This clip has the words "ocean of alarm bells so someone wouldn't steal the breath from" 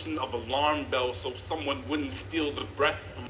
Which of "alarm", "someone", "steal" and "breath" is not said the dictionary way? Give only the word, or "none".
none